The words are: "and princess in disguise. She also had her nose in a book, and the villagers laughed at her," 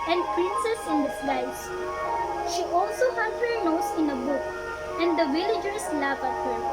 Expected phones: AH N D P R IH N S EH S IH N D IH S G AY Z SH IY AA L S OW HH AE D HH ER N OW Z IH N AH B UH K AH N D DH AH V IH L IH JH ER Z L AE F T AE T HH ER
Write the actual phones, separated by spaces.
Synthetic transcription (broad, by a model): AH N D P R IH N S EH S IH N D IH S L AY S SH IY AA L S OW HH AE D HH ER N OW S IH N AH B UH K AH N D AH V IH L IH JH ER S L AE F AE T HH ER